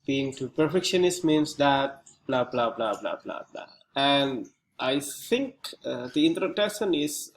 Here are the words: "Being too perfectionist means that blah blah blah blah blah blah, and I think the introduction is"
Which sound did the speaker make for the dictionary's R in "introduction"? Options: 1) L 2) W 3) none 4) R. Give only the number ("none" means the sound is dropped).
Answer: 3